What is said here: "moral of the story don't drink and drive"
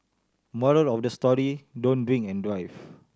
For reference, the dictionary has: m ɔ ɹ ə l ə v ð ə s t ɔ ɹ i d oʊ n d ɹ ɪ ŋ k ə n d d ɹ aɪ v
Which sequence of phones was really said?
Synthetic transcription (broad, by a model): m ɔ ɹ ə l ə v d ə s t ɔ ɹ i d oʊ n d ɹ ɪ ŋ ə n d d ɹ aɪ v